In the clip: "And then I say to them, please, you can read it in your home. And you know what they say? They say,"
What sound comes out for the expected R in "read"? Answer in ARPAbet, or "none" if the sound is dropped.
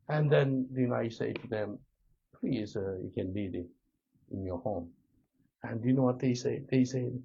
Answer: L